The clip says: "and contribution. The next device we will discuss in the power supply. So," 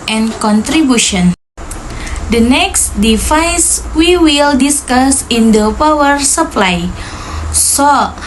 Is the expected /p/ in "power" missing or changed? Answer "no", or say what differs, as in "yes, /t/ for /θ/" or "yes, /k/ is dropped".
no